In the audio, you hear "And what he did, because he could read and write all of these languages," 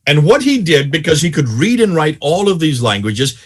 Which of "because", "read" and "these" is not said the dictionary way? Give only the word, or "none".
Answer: none